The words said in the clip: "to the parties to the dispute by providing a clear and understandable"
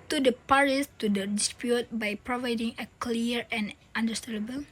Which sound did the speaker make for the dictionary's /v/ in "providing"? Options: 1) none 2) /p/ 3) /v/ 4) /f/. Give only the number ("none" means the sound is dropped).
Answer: 3